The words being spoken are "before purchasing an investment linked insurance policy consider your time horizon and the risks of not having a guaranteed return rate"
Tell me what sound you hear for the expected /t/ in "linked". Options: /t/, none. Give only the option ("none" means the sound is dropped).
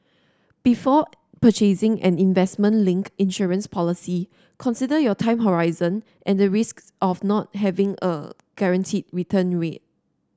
none